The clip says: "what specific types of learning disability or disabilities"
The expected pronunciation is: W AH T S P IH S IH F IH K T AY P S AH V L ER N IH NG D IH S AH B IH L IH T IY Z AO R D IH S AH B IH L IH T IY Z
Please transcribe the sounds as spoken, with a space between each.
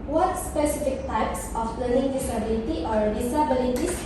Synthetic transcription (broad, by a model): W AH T S P IH S IH F IH K T AY P S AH P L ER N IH NG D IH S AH B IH L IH T IY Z AO R D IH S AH B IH L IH T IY